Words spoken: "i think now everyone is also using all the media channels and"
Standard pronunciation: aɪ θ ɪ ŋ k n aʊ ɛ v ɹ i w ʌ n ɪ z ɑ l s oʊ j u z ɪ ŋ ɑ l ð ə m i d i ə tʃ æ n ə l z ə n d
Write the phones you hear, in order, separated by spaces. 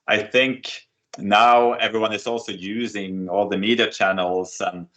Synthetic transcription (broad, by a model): aɪ θ ɪ ŋ k n aʊ ɛ v ɹ i w ʌ n ɪ z ɑ l s oʊ j u z ɪ ŋ ɑ l ð ə m i d i ə tʃ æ n l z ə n